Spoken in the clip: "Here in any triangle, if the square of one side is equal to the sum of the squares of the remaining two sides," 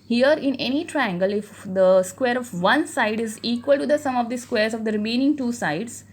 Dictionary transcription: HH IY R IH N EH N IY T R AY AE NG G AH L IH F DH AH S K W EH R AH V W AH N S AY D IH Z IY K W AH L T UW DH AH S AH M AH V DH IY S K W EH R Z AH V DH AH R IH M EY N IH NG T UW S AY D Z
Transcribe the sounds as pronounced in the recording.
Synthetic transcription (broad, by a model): HH IY R IH N EH N IY T R AY AE NG G AH L IH F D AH S K W EH R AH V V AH N S AY D IH Z IY K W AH L T UW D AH S AH M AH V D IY S K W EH R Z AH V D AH R IH M EY N IH NG T UW S AY D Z